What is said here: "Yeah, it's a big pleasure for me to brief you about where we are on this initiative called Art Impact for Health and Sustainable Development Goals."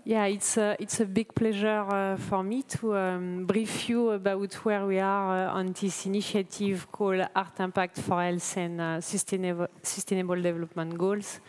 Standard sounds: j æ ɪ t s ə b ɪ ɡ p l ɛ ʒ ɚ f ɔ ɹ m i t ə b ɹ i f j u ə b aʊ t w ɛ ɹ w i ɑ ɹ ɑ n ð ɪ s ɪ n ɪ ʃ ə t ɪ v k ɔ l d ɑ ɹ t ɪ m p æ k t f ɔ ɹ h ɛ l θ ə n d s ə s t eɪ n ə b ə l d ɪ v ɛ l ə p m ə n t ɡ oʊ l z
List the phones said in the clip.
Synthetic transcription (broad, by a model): j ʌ ɪ t s ə b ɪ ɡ p l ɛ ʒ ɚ f ɔ ɹ m i t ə b ɹ i f j u ə b aʊ t w ɛ ɹ w i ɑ ɹ ɑ n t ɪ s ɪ n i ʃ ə t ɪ v k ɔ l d ɑ ɹ t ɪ p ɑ k t f ɔ ɹ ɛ l s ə n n s ə s t eɪ n ə b ə l d ɪ v ɛ l ə p m ə n t ɡ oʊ l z